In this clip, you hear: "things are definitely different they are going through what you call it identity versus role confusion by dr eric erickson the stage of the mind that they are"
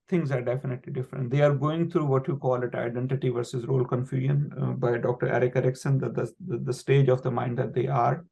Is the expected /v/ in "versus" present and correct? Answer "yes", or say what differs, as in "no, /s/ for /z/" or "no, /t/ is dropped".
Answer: yes